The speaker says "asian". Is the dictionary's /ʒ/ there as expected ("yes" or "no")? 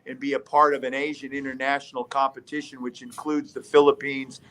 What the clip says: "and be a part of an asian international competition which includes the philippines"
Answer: yes